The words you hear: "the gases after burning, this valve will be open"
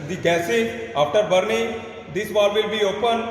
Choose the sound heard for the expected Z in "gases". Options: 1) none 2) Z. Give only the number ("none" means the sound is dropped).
1